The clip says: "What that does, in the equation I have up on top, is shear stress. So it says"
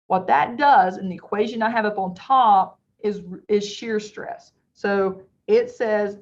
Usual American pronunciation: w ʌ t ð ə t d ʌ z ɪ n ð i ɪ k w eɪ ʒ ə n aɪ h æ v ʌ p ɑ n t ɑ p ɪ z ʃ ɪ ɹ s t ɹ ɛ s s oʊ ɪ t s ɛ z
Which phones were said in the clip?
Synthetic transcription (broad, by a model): w ʌ t ð ə t d ʌ z ɪ n ð i ɪ k w eɪ ʒ ə n aɪ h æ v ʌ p n t ɑ p ɪ z ʃ ɪ ɹ s t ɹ ɛ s s oʊ ɪ t s ɛ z